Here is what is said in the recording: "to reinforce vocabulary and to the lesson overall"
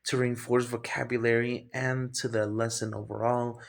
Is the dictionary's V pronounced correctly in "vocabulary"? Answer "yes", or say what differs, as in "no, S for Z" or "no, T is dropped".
yes